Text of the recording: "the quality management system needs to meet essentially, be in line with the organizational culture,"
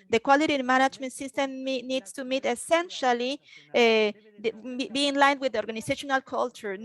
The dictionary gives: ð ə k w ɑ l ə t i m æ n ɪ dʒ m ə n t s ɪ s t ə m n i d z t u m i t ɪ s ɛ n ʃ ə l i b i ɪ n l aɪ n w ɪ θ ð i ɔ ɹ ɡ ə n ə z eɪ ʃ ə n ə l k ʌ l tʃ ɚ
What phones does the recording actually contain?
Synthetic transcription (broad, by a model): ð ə k w ɑ l ə t i m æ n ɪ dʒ m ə n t s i s t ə m n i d s t u m i t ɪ s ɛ n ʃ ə l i b i ɪ n l aɪ n w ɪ ð i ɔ ɹ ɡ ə n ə s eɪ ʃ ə n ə l k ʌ l tʃ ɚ